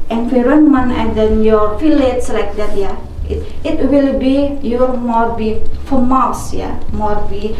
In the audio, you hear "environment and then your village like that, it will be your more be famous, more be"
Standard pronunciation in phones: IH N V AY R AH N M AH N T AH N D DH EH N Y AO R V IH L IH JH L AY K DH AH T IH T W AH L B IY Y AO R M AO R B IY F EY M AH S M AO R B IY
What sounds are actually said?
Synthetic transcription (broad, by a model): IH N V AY R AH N M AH N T AH N D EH N Y AO R F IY L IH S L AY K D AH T IH T W AH L B IY Y AO R M AO R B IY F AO M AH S M AO R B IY